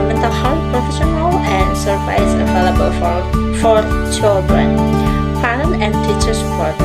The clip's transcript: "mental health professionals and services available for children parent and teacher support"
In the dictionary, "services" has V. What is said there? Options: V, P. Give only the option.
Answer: P